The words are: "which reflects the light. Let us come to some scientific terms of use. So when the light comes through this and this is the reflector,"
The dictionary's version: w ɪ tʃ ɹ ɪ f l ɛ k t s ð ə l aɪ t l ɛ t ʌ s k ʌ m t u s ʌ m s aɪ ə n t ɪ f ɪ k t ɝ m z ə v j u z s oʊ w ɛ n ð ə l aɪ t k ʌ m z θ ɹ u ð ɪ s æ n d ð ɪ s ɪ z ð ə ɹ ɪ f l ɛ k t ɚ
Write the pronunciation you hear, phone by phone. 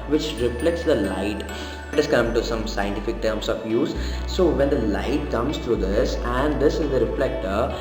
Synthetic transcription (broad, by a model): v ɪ tʃ ɹ ɪ f l ɛ k t s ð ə l aɪ t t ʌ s k ʌ m t u s ʌ m s aɪ ə n t ɪ f ɪ k t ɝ m s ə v j u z s oʊ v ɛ n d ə l aɪ t k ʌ m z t ɹ u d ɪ s æ n d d ɪ s ɪ z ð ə ɹ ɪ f l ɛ k t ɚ